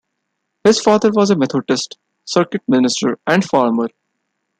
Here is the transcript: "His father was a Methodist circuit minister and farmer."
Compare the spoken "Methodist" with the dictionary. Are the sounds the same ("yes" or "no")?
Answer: no